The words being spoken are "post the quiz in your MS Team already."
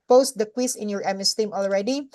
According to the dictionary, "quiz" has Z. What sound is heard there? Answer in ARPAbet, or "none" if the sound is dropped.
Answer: S